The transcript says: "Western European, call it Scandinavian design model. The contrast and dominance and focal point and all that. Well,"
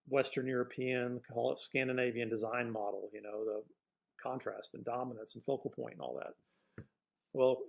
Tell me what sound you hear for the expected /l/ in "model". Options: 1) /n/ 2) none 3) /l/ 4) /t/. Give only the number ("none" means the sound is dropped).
1